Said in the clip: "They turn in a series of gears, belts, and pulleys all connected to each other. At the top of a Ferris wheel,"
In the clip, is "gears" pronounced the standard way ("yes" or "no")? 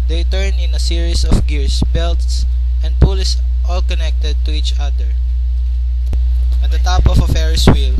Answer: no